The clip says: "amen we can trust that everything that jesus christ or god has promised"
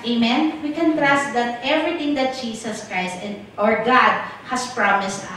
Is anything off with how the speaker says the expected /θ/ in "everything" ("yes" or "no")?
yes